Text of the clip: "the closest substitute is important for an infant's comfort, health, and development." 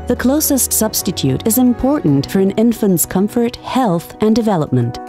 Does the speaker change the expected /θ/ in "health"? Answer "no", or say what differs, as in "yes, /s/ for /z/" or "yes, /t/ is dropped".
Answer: no